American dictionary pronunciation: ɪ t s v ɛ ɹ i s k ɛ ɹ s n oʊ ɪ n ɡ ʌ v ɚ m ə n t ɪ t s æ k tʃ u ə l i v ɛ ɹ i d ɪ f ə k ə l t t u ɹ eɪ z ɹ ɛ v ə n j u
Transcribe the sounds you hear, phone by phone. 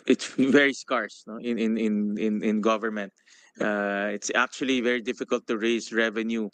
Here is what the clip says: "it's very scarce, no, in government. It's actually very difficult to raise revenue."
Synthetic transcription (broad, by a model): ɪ t s v ɛ ɹ i s k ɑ ɹ s n oʊ ɪ n ɡ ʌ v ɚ m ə n t ɪ t s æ k tʃ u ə l i v ɛ ɹ i d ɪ f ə k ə l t t u ɹ eɪ s ɹ ɛ v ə n j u